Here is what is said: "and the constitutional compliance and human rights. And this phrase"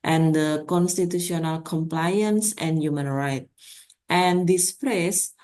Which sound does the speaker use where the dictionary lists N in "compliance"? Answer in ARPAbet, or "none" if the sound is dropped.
N